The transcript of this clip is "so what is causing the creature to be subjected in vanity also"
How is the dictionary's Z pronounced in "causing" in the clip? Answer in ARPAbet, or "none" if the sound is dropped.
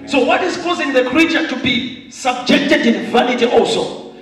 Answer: Z